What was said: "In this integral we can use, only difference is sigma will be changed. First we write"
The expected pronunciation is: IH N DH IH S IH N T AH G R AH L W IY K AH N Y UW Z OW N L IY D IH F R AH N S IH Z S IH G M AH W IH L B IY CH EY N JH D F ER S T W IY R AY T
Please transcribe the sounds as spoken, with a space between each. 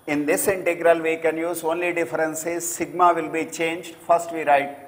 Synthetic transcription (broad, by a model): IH N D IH S IH N T AH G R AH L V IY K AH N Y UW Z OW N L IY D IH F R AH N S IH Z S IH G M AH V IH L B IY CH EY N JH D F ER S T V IY R AY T